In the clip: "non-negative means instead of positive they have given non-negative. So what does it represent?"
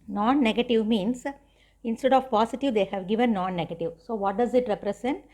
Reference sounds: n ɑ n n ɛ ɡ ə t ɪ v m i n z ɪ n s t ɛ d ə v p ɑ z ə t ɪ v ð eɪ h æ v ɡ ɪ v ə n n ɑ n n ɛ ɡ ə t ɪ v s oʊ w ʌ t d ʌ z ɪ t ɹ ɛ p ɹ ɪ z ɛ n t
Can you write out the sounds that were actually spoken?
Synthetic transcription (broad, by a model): n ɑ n n ɛ ɡ ə t ɪ v m i n s ɪ n s t ɛ d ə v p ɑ s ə t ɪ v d eɪ h æ v ɡ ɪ v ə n n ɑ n n ɛ ɡ ə t ɪ v s oʊ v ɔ t d ʌ z ɪ t ɹ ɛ p ɹ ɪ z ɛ n t